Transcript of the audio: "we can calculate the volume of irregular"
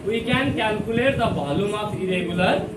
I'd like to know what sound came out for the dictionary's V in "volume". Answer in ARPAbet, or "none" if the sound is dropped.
B